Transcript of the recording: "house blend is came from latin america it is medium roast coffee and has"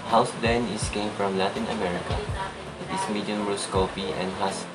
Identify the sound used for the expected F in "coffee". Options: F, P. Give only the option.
P